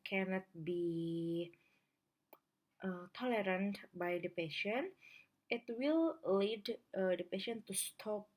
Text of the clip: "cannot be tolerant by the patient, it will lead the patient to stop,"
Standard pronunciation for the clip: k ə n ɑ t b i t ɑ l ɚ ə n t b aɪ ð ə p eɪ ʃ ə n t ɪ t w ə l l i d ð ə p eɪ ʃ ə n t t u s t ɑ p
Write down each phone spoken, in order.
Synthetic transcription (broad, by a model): k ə n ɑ t b i t ɑ l ɚ ə n t b aɪ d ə p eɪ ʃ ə n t ɪ t w ə l l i d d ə p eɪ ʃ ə n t t u s t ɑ p